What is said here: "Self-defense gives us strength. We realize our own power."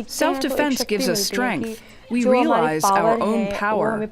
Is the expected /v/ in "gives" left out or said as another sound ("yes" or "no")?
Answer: no